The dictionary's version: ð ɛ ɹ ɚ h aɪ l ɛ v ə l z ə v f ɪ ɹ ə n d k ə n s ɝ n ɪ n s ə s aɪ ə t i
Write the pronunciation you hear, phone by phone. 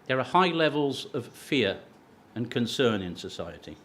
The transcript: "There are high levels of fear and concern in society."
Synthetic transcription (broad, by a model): ð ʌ ɹ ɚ h aɪ l ɛ v ə l z ə v f ɪ ɹ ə n k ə n s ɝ n ɪ n s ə s aɪ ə t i